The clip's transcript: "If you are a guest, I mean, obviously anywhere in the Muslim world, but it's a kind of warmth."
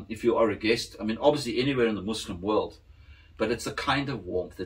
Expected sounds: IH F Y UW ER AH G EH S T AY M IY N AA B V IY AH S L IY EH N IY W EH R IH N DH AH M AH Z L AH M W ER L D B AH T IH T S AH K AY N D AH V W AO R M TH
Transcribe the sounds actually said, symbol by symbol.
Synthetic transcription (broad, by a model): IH F Y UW ER AH G EH S T AY M IY N AA B V IY AH S L IY EH N IY W EH R IH N DH AH M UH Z L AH M W ER L D B AH T IH T S AH K AY N D AH V W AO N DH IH